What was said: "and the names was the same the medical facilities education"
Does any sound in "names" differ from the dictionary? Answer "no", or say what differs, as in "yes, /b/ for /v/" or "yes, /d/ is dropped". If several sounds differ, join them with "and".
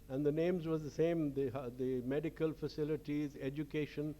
no